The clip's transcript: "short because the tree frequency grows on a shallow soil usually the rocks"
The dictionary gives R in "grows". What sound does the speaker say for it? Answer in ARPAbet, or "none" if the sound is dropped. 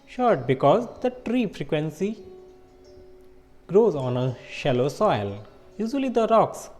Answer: R